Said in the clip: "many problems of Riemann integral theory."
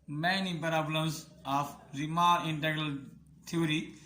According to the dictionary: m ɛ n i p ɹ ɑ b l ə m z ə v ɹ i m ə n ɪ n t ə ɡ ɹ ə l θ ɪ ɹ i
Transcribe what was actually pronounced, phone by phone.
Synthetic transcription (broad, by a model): m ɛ n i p ɹ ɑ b l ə m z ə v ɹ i m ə ɪ n t ə ɡ ɹ ə l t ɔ ɹ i